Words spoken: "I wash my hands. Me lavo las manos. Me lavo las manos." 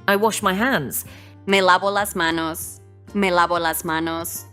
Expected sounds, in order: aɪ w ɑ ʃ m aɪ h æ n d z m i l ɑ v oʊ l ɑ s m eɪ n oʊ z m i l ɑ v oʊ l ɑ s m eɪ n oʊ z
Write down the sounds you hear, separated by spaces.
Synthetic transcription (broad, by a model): aɪ w ɑ ʃ m aɪ h æ n d z m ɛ l ɑ b oʊ l ɑ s m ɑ n oʊ s m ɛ l ɑ b oʊ l ɑ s m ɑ n oʊ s